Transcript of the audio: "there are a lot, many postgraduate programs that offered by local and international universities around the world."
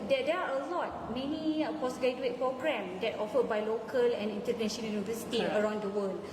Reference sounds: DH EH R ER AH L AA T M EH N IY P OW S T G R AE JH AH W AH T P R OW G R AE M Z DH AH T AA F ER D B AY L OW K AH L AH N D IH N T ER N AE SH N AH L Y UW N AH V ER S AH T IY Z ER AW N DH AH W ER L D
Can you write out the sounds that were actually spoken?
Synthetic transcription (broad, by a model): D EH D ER AH L AA T M EH N IY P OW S G R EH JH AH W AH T P R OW G R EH M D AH T AA F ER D B AY L OW K AH L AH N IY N T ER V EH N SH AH N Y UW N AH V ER S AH T IY ER AW N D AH W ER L